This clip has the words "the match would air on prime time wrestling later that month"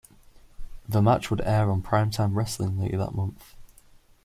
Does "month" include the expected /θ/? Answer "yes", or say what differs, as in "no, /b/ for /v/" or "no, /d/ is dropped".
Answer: yes